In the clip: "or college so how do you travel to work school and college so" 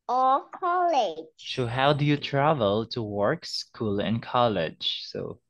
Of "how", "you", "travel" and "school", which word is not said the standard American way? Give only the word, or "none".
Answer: none